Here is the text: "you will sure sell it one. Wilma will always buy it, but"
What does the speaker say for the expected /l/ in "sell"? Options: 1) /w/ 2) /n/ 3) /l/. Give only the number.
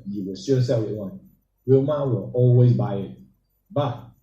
1